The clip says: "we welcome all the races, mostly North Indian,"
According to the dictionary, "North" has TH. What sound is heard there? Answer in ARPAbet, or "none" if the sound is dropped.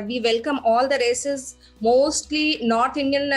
T